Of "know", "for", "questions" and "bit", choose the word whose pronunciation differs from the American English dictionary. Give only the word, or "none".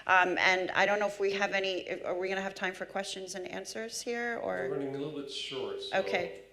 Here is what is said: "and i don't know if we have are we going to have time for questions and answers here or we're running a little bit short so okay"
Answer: none